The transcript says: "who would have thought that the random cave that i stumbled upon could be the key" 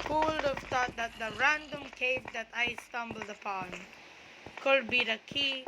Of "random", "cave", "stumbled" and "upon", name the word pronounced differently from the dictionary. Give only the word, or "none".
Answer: none